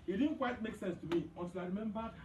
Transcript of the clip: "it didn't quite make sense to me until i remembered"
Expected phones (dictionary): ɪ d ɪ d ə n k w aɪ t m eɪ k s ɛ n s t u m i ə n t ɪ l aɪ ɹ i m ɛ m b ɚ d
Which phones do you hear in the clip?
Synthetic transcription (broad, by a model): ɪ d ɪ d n k w aɪ t m eɪ k s ɛ n s t u m i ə t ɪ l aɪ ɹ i m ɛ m b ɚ